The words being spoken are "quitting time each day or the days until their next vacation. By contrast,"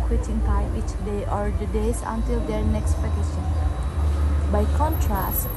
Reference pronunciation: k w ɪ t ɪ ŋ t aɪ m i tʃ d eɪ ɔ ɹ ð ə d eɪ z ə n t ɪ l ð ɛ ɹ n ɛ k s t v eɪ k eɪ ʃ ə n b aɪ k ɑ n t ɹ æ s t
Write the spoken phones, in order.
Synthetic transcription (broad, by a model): k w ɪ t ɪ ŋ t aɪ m i tʃ d eɪ ɔ ɹ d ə d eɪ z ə n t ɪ l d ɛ ɹ n ɛ k s t p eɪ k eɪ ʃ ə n b aɪ k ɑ n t ɹ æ s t